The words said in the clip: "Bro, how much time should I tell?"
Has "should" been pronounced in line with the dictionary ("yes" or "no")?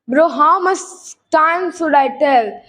no